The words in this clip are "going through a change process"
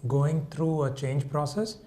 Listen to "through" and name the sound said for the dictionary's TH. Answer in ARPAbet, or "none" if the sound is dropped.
T